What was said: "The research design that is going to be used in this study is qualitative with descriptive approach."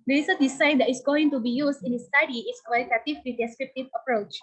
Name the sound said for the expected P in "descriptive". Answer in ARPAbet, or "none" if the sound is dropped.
P